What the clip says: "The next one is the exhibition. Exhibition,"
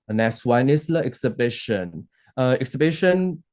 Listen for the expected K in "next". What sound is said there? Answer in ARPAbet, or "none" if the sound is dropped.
none